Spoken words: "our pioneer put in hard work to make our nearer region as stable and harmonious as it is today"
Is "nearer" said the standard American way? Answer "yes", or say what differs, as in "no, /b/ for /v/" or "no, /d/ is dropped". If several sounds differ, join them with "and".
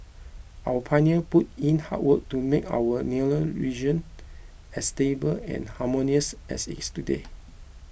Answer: no, /l/ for /ɹ/